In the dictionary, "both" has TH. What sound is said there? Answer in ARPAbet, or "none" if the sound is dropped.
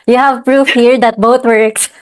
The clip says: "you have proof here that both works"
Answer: T